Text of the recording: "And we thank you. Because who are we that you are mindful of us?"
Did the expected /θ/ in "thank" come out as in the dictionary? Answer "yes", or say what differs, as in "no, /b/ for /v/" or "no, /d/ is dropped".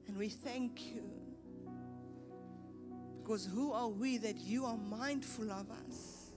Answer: yes